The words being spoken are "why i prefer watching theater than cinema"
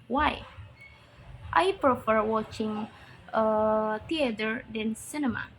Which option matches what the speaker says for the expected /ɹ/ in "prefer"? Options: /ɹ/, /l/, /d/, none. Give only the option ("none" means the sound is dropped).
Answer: /ɹ/